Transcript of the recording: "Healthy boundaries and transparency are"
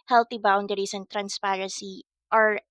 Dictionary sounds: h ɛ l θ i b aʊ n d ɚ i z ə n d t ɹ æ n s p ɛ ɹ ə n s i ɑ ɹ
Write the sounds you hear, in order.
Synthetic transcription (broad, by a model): h ɛ l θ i b aʊ n d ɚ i s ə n t ɹ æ n s p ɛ ɹ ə n s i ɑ ɹ